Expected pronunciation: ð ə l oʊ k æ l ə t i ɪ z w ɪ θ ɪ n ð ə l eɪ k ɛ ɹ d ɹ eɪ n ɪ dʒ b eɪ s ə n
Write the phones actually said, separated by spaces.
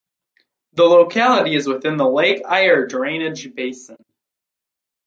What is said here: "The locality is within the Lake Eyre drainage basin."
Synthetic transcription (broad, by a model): ð ə l oʊ k æ l ə t i ɪ z w ɪ θ ɪ n ð ə l eɪ k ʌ ɹ d ɹ eɪ n ɪ dʒ b eɪ s ə n